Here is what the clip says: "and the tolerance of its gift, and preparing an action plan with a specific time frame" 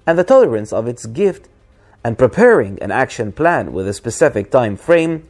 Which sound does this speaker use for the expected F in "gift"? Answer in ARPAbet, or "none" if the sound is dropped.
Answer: F